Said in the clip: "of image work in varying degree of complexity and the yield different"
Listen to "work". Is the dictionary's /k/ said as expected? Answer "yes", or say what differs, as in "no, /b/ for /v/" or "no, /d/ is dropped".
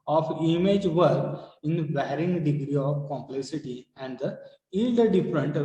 no, /k/ is dropped